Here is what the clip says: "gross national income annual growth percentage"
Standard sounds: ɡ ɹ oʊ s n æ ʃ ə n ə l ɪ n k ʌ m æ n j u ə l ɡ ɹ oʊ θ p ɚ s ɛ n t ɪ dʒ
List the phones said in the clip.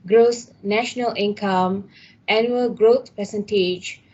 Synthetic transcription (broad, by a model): ɡ ɹ oʊ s n æ ʃ ə n ə l ɪ n k ʌ m æ n j u ə l ɡ ɹ oʊ t p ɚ s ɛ n t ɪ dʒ